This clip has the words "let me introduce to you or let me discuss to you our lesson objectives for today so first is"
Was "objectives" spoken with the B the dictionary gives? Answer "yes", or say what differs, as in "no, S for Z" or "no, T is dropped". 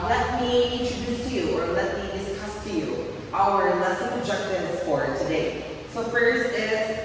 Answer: no, B is dropped